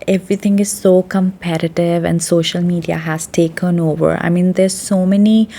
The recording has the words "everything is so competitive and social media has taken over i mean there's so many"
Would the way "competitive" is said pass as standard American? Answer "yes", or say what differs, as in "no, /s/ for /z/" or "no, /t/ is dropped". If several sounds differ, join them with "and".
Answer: yes